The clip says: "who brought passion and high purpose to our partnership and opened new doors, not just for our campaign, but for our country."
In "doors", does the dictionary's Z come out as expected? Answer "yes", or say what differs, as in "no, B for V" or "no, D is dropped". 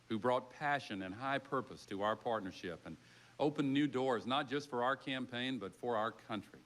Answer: yes